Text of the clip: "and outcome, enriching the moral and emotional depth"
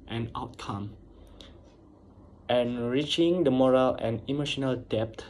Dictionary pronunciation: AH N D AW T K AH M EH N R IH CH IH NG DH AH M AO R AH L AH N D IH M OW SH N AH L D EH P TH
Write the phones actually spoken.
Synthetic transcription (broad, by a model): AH N AW T K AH M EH N R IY CH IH NG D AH M AO R AH L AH N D IH M OW SH N AH L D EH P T